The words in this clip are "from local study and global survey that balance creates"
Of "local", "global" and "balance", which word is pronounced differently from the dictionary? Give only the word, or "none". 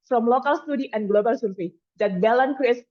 balance